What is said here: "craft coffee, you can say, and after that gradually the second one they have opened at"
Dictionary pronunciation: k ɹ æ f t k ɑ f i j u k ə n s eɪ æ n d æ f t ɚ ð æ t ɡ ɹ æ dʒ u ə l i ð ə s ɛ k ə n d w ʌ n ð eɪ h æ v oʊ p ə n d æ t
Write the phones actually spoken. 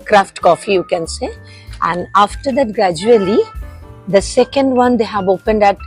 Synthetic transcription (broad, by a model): k ɹ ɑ f t k ɑ f i j u k ə n s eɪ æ n d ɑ f t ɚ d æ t ɡ ɹ æ dʒ u ə l i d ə s ɛ k ə n d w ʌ n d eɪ h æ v oʊ p ə n d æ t